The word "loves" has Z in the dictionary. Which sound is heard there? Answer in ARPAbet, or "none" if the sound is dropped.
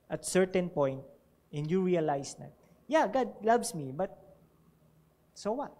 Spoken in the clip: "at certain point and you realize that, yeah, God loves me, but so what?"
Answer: S